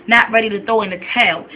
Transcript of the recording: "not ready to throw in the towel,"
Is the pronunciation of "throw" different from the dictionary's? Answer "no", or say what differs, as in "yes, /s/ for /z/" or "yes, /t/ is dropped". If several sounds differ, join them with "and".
yes, /ɹ/ is dropped